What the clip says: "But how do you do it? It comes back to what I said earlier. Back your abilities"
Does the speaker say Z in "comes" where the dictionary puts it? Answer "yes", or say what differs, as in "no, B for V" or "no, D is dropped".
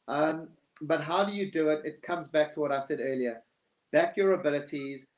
yes